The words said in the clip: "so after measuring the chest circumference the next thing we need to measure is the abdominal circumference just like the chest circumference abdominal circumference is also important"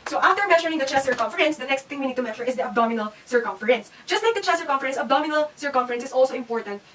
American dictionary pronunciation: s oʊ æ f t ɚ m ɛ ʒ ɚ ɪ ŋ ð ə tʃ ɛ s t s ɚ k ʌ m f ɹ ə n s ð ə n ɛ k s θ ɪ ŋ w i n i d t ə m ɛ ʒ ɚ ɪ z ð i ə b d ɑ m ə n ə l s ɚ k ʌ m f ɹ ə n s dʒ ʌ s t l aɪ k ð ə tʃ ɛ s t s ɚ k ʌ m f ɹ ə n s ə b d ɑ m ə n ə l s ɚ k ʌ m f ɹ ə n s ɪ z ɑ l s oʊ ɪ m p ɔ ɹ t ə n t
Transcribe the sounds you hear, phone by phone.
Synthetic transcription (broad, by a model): s oʊ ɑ f t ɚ m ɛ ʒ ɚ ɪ ŋ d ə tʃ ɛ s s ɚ k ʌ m f ɹ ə n s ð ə n ɛ k s t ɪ ŋ w i n i d t ə m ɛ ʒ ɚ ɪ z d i ə b d ɑ m ə n ə l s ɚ k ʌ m f ɹ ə n s dʒ ʌ s t l aɪ k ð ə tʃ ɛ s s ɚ k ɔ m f ɹ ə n s ə b d ɑ m ə n ə l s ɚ k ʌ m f ɹ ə n s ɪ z ɑ l s oʊ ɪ m p ɔ ɹ t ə n t